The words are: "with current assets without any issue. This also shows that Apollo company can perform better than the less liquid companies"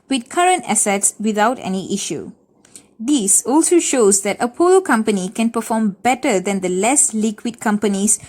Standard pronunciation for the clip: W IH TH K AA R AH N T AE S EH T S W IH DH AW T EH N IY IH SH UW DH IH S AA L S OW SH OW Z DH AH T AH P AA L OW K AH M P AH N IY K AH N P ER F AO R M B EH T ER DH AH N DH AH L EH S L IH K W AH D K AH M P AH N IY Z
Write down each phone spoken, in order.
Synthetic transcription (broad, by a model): W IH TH K AA R AH N T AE S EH T S W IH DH AW T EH N IY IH SH UW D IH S AA L S OW SH OW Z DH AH T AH P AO L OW K AH M P AH N IY K AH N P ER F AO M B EH T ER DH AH N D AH L EH S L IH K W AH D K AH M P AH N IY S